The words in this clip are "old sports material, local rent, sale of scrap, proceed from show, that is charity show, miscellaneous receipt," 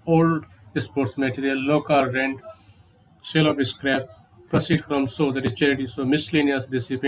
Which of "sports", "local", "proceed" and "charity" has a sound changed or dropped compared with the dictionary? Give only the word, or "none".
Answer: none